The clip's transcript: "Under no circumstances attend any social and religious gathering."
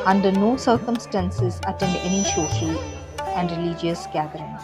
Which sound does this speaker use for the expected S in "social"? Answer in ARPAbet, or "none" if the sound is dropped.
SH